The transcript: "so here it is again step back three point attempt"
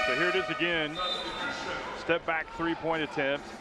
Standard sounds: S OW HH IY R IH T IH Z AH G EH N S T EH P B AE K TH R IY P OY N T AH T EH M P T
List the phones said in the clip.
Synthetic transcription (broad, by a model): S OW HH IY R IH T IH Z AH G EH N S T EH P B AE K TH R IY P OY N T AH T EH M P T